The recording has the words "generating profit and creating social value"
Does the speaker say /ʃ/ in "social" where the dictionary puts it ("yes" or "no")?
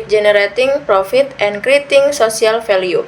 no